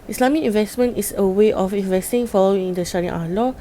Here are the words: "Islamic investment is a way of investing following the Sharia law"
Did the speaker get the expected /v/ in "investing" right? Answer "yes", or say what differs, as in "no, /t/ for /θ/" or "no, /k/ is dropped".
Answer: yes